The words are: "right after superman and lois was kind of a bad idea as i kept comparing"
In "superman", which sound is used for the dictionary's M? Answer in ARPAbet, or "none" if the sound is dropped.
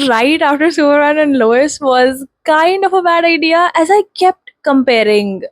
none